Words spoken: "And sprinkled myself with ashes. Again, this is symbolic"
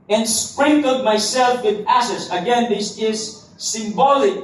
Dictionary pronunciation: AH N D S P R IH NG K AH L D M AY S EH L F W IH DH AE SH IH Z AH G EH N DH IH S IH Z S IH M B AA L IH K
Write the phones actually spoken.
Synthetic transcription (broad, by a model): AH N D S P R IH NG K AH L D M AY S EH L F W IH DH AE S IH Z AH G EH N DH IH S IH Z S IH M B AA L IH K